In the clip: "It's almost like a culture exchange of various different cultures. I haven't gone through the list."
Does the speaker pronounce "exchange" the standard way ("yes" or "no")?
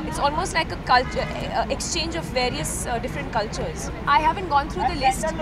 yes